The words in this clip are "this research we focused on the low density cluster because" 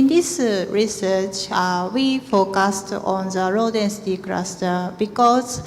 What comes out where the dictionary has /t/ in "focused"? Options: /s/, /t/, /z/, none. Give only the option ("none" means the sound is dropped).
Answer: /t/